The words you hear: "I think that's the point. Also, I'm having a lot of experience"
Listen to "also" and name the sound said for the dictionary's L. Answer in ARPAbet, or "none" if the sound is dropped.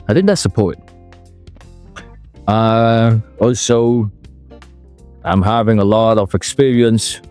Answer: L